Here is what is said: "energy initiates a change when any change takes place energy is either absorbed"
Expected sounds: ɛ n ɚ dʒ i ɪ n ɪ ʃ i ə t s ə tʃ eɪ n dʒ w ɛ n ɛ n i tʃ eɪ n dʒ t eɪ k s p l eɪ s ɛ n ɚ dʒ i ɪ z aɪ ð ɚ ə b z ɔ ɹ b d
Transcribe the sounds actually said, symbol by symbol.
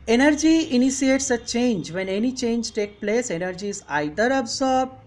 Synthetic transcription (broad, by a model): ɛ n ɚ dʒ i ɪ n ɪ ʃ i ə t s ə tʃ eɪ n dʒ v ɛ n ɛ n i tʃ eɪ n dʒ t eɪ k p l eɪ s ɛ n ɚ dʒ i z aɪ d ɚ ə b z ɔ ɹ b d